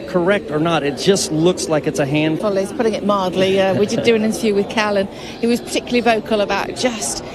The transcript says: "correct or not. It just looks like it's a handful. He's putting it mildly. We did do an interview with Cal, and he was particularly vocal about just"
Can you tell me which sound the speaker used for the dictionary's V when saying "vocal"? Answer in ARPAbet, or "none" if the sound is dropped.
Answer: V